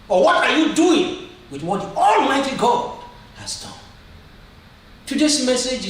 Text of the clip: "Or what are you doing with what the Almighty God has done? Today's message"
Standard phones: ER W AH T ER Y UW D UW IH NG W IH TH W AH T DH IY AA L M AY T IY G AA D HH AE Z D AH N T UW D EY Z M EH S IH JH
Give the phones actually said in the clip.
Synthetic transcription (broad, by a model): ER W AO T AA Y UW D UW IH NG W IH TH W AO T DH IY AA L M AY T IY G AA D HH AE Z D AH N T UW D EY S M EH S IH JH